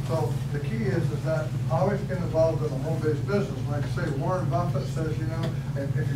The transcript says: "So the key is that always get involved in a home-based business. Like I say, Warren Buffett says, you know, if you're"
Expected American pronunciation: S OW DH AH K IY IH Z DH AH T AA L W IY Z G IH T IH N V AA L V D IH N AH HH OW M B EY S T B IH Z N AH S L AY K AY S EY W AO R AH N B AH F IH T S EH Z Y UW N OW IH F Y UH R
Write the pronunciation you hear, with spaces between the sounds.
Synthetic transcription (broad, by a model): S OW DH AH K IY IH Z DH AH T AA L W IY Z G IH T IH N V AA L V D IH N AH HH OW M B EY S B IH Z N AH S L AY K S EY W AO R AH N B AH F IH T S EH Z Y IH N OW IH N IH